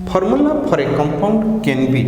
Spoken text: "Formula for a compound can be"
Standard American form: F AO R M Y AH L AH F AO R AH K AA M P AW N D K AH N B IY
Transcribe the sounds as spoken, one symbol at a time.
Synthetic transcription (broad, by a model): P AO R M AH L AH P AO R AH K AA M P AW N D K AH N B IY